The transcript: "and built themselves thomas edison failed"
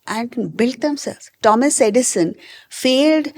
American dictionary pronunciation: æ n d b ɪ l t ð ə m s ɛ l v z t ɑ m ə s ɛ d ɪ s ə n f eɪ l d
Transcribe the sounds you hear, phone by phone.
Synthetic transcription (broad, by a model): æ n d b ɪ l t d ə m s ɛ l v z t ɑ m ə s ɛ d ɪ s ə n f eɪ l d